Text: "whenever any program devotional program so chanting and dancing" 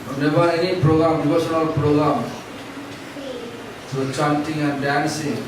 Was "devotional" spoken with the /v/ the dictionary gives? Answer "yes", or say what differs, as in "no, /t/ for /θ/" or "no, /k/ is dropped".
no, /b/ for /v/